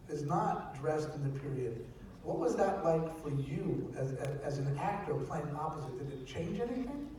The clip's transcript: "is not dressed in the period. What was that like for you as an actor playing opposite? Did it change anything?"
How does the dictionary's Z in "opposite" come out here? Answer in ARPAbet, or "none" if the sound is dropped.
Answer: Z